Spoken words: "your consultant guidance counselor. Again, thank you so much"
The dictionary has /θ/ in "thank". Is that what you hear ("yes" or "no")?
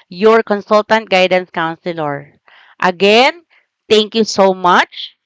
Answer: no